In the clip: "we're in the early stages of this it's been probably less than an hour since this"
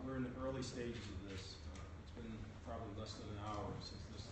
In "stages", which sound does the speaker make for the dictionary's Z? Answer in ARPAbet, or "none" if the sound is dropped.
Z